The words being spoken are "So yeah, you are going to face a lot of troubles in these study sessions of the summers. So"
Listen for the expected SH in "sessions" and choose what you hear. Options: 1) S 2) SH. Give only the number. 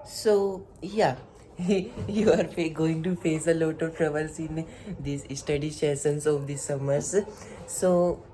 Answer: 1